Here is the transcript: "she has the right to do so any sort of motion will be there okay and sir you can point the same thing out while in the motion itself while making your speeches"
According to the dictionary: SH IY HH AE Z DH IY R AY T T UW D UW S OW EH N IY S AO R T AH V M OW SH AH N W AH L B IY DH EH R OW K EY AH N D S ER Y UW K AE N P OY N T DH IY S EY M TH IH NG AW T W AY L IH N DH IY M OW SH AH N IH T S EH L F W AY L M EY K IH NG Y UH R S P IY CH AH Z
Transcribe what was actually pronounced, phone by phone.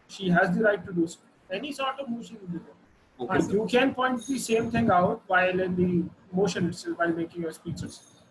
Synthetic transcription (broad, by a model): SH IY HH AE Z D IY R AY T T UW D UW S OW EH N IY S AO R T AH V M OW SH AH N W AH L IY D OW AO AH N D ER Y UW K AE N P OY N T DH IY S EY M T IH NG AW T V AY L IH N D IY M OW SH AH N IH T S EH L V AY L M EY K IH NG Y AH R S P IY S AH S